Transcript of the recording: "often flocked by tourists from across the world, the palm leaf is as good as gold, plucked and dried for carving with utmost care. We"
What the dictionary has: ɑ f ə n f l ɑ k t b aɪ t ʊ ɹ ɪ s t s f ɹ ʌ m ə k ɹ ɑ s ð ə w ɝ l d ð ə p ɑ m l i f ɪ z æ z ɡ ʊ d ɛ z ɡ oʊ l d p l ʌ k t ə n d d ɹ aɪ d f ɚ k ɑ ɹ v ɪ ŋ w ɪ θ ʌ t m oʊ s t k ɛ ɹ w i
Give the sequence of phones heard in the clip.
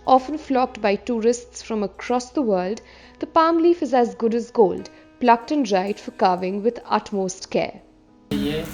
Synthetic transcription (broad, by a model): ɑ f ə n f l ɑ k t b aɪ t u ɹ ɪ s t s f ɹ ʌ m ə k ɹ ɑ s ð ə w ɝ l d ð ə p ɑ m l i f ɪ z æ z ɡ ʊ d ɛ z ɡ oʊ l d p l ʌ k t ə n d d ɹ aɪ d f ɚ k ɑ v ɪ ŋ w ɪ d ʌ t m oʊ s t k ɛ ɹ